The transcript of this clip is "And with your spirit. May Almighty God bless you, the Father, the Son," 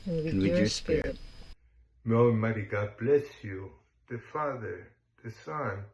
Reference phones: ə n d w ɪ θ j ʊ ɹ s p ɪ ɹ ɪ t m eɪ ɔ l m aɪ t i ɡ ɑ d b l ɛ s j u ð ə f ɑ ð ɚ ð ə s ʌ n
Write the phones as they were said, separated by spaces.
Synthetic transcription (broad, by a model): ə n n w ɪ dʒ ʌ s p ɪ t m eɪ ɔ m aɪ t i ɡ ɑ d b l ɛ s j u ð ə f ɑ ð ɚ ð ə s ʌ n